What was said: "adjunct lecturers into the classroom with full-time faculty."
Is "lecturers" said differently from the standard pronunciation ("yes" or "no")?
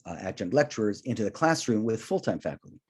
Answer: no